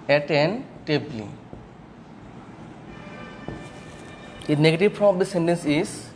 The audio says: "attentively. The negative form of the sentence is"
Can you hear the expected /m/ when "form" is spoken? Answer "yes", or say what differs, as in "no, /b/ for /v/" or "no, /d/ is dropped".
no, /m/ is dropped